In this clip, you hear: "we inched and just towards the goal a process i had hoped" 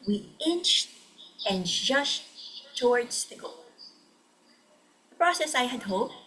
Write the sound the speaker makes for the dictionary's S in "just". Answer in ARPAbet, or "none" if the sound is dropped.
SH